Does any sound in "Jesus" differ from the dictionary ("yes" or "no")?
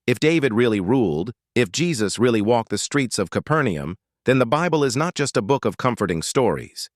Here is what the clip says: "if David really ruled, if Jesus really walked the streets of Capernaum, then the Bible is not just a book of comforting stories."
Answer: no